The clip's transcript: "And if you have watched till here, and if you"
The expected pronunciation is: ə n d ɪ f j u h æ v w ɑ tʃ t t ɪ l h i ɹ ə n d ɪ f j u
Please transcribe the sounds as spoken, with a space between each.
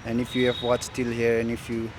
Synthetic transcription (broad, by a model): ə n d ɪ f j u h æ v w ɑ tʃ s t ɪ l h i ɹ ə n ɪ f j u